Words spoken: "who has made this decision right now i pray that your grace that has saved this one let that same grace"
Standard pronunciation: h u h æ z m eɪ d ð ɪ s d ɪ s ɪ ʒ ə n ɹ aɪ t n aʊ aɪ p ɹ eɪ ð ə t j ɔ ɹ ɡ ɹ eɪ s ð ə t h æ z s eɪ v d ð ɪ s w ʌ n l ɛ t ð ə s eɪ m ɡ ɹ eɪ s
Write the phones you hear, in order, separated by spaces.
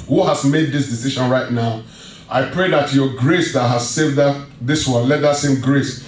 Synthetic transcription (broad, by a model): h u h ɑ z m eɪ d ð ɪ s d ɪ s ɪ ʃ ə n ɹ aɪ t n aʊ aɪ p ɹ eɪ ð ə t j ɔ ɡ ɹ eɪ s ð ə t h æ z s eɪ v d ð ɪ s w ʌ n l ɛ t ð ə s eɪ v ɡ ɹ eɪ s